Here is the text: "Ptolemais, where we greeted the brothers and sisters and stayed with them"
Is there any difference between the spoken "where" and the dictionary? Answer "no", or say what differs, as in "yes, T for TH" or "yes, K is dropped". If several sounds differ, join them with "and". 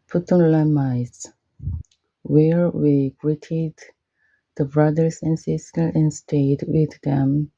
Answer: no